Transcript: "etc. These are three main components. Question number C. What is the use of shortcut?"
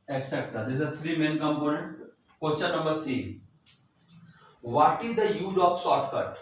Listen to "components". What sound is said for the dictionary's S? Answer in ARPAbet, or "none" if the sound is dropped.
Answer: none